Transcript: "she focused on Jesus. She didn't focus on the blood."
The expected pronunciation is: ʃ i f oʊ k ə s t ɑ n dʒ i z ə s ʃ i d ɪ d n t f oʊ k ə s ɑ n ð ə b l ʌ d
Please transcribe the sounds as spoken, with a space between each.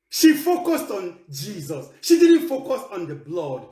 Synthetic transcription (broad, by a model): ʃ i f oʊ k ə s t ɑ n dʒ i z ə s ʃ i d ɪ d n t f oʊ k ə s ɑ n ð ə b l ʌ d